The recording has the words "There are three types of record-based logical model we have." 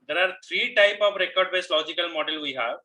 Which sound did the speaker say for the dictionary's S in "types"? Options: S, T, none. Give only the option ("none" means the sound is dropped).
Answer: none